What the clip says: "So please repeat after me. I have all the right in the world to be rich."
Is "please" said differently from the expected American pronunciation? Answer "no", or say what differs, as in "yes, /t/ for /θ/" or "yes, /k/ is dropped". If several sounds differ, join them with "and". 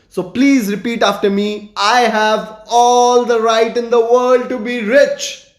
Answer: no